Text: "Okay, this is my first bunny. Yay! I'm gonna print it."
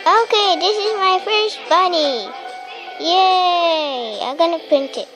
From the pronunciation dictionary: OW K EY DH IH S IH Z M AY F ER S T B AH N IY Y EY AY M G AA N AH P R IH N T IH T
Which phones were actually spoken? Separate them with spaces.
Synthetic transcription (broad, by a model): OW K EY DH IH S IH Z M AY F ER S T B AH N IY Y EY AY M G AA N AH P R IH N T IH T